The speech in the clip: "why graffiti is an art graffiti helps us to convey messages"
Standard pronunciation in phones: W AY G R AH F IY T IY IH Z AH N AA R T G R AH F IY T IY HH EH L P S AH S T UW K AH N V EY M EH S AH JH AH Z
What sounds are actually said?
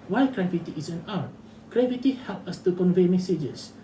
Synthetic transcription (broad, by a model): W AY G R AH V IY T IY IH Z AH N AA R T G R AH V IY T IY HH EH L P AH S T UW K AH N V EY M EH S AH JH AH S